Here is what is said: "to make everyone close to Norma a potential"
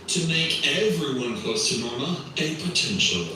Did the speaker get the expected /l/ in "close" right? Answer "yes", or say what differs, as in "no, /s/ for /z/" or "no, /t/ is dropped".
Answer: no, /l/ is dropped